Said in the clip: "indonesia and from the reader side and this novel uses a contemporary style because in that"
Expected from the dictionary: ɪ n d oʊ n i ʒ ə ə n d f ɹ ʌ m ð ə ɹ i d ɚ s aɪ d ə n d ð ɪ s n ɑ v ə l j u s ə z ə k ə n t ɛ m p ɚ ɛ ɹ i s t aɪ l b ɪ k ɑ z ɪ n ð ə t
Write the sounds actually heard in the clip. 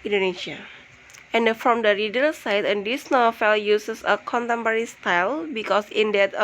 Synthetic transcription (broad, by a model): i n d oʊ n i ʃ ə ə n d f ɹ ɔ m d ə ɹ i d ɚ s aɪ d ə n d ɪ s n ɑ f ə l j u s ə s ə k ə n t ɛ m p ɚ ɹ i s t aɪ l b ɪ k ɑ s ɪ n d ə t